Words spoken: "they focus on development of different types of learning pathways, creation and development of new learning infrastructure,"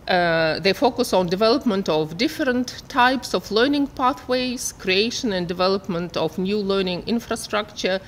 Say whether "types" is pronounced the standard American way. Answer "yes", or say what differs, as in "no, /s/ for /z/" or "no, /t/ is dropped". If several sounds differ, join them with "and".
yes